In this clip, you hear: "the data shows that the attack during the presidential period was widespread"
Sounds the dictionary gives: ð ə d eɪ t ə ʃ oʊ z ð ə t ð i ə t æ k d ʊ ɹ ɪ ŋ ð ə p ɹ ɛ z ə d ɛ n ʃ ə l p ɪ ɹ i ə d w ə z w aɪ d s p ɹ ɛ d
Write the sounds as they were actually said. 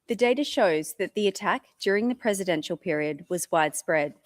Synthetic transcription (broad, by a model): ð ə d eɪ t ə ʃ oʊ z ð ə t ð i ə t æ k d ʊ ɹ ɪ ŋ ð ə p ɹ ɛ z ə d ɛ n ʃ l p ɪ ɹ i ə d w ə z w aɪ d s p ɹ ɛ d